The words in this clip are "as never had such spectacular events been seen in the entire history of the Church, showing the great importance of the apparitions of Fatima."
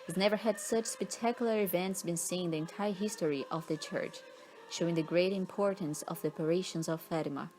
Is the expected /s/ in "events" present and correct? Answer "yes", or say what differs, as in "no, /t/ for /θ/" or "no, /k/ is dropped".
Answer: yes